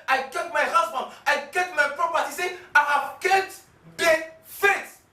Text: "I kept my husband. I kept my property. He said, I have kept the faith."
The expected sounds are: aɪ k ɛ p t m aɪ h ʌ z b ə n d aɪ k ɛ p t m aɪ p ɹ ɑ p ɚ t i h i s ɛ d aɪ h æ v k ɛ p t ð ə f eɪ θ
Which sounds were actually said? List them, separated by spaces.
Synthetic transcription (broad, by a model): aɪ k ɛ t m aɪ h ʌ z b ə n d aɪ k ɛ t m aɪ p ɹ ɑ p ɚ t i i s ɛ aɪ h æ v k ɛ t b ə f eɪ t